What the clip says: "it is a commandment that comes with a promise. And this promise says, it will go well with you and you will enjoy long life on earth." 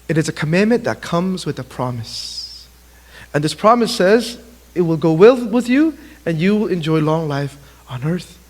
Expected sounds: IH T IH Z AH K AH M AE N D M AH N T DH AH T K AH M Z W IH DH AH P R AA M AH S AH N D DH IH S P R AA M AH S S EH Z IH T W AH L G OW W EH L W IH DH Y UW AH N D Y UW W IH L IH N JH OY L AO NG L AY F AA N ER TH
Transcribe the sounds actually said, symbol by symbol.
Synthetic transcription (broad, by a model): IH T IH Z AH K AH M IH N M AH N DH AH T K AH M Z W IH DH AH P R AA M AH S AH N DH IH S P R AA M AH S S EH Z IH T W AH L G OW W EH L W IH DH Y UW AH N Y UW W IH L IH N JH OY L AO NG L AY F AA N ER TH